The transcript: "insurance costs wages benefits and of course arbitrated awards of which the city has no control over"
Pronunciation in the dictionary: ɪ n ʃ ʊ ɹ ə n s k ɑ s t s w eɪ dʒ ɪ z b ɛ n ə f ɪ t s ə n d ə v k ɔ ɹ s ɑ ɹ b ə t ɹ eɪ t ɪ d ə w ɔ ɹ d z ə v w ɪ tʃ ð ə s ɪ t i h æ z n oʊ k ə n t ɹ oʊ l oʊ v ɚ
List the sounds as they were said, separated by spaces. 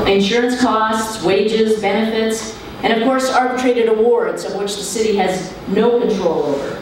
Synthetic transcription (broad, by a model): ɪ n ʃ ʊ ɹ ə n s k ɑ s t s w eɪ dʒ ɪ z b ɛ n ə f ɪ t s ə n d ə v k ɔ ɹ s ɑ ɹ b ə t ɹ eɪ t ɪ d ə w ɔ ɹ d z ə v w ɪ tʃ ð ə s ɪ t i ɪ z n oʊ k ə n t ɹ oʊ l oʊ v ɚ